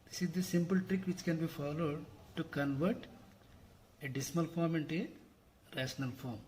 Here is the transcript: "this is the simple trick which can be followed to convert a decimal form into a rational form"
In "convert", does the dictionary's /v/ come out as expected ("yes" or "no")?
yes